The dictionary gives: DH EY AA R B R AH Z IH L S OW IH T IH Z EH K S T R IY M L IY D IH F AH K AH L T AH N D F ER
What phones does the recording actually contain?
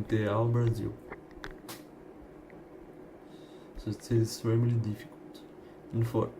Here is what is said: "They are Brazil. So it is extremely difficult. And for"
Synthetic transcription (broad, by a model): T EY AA L B R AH Z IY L S OW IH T IH Z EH S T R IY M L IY D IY F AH K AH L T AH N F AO